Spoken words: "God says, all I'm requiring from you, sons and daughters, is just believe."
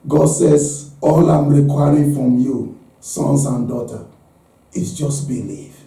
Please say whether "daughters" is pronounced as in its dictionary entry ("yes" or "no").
no